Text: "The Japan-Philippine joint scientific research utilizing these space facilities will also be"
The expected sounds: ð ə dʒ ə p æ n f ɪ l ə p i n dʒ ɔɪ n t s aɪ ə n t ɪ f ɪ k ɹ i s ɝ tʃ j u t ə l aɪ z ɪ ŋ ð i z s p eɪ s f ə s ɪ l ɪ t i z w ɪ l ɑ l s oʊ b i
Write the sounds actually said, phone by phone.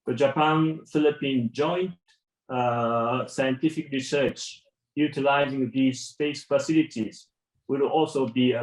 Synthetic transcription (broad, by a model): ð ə dʒ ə p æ n f ɪ l ə p i n dʒ ɔɪ n t s aɪ ə n t ɪ f ɪ k ɹ i s ɝ tʃ j u t ə l aɪ z ɪ ŋ ð i z s p eɪ s f ə s ɪ l ɪ t i z w ɪ l ɑ l s oʊ b i